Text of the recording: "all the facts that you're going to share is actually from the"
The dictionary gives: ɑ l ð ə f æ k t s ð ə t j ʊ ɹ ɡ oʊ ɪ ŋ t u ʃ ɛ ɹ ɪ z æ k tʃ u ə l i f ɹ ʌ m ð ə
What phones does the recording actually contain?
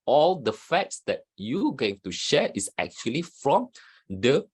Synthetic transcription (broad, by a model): ɑ l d ə f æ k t s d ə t j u ɡ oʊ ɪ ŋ t u ʃ ɛ ɹ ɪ s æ k tʃ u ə l i f ɹ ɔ m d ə